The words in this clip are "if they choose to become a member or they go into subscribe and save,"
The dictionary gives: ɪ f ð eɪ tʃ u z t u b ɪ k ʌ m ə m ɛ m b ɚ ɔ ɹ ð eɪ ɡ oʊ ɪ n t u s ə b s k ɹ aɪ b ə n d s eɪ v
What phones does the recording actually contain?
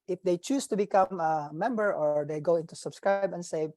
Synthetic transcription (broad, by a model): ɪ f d eɪ tʃ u s t u b ɪ k ʌ m ə m ɛ m b ɚ ɔ ɹ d eɪ ɡ oʊ ɪ n t u s ə b s k ɹ aɪ b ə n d s eɪ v